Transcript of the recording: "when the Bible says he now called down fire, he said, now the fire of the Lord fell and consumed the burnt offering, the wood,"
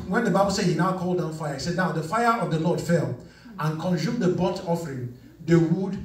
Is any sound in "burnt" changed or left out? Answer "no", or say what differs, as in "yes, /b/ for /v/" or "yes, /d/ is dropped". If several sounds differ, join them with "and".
yes, /n/ is dropped